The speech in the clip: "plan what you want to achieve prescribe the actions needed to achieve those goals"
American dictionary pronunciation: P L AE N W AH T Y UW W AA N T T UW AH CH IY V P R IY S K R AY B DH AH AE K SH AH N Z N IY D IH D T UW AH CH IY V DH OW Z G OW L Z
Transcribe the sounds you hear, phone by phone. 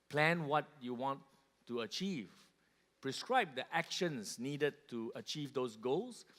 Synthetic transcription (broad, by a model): P L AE N W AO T Y UW W AA N T T UW AH CH IY V P R IY S K R AY B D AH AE K SH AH N S N IY D IH D T UW AH CH IY V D OW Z G OW L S